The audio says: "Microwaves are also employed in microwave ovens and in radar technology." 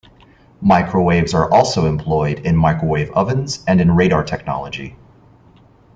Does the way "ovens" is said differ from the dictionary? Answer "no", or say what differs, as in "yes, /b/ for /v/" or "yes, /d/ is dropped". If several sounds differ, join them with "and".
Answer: no